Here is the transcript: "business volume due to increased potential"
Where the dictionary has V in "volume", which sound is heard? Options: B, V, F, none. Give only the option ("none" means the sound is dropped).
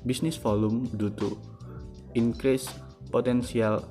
F